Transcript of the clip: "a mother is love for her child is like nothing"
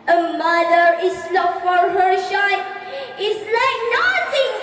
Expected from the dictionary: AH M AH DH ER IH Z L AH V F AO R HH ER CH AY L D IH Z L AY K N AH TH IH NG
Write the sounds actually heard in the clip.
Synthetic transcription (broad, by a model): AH M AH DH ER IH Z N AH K F AO R HH ER SH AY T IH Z L AY K N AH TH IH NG